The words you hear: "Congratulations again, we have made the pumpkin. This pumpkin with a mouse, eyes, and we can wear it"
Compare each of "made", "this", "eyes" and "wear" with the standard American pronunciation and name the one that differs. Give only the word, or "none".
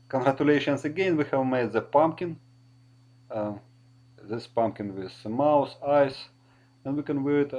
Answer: eyes